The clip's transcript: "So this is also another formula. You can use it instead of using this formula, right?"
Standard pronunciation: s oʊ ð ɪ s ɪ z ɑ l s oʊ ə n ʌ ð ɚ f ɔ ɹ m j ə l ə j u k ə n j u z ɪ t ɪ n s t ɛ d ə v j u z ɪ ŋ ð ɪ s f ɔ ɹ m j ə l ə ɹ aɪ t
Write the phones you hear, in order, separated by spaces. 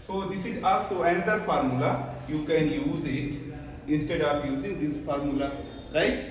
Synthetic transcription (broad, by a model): s oʊ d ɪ s ɪ z ɑ l s oʊ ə n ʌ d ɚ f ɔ ɹ m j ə l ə j u k ə n j u z ɪ t ɪ n s t ɛ d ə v j u z ɪ ŋ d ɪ s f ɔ ɹ m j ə l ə ɹ aɪ t